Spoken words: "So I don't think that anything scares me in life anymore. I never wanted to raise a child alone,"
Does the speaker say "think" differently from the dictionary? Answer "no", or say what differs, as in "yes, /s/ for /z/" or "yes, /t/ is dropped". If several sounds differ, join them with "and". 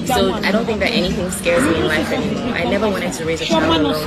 no